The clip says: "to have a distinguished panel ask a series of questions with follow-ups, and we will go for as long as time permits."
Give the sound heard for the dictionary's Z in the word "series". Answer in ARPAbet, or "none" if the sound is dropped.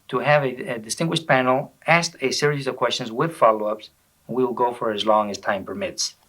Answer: Z